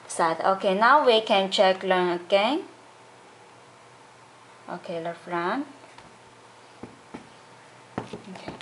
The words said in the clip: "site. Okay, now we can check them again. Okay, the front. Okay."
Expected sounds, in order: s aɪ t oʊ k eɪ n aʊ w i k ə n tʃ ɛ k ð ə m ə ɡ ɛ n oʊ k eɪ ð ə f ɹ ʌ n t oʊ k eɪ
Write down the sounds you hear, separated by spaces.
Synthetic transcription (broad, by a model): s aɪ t oʊ k eɪ n aʊ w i k ə n tʃ ɛ k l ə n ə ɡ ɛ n oʊ k eɪ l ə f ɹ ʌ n oʊ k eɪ